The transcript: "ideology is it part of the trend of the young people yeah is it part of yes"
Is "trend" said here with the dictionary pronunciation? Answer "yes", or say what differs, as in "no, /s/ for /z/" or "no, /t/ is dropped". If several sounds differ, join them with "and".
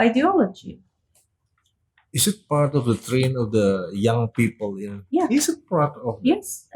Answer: no, /d/ is dropped